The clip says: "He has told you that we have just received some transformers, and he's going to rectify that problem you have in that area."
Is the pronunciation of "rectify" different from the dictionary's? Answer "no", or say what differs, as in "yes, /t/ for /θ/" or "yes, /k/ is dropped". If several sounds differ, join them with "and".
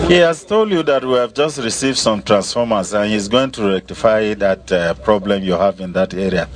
no